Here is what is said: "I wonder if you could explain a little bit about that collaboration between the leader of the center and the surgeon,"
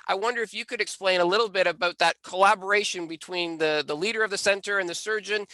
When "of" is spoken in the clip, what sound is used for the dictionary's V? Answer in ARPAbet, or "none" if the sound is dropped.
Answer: V